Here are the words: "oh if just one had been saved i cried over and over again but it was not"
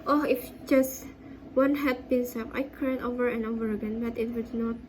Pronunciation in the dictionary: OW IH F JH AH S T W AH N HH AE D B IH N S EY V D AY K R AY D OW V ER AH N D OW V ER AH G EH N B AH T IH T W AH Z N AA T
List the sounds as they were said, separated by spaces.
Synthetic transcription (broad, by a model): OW IH F JH AH S T W AH N HH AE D B IH N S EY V AY K AY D OW V ER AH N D OW V ER AH G EH N B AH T IH T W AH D N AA T